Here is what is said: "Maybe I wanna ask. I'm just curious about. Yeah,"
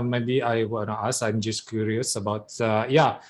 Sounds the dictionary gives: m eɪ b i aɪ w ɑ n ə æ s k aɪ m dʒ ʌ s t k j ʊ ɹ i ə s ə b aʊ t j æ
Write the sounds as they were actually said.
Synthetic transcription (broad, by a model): m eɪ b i aɪ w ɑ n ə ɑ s aɪ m dʒ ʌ s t k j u ɹ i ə s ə b aʊ t j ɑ